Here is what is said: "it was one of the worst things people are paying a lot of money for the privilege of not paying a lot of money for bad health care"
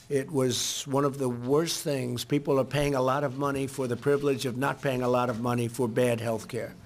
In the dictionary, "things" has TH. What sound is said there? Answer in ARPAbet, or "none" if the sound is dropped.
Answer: TH